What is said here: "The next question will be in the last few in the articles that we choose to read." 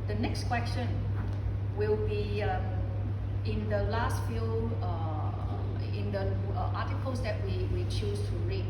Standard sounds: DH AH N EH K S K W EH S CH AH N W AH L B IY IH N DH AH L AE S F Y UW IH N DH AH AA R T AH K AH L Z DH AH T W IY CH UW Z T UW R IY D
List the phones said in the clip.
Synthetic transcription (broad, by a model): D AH N EH K S K W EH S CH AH N W AH L B IY IH N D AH L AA S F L IH N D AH AA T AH K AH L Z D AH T W IY CH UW S T UW R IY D